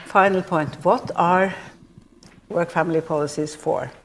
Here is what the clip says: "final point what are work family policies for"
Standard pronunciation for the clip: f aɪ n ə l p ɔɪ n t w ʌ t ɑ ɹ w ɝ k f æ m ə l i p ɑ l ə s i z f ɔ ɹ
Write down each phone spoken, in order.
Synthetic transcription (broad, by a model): f aɪ n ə l p ɔɪ n t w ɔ t ɑ ɹ w ɝ k f æ m ə l i p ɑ l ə s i s f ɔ ɹ